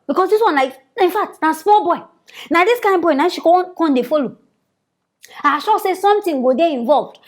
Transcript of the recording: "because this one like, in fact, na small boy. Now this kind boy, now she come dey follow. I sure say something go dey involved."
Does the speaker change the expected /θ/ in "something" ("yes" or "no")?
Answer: yes